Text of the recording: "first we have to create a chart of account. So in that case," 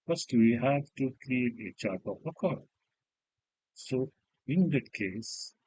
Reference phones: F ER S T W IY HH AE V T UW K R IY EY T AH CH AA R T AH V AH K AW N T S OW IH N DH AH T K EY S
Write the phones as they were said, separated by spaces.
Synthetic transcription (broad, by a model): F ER S T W IY HH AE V T UW K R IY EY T AH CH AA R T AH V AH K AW T S OW IH N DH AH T K EY S